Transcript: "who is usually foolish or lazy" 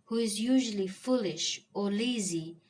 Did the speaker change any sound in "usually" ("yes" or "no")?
no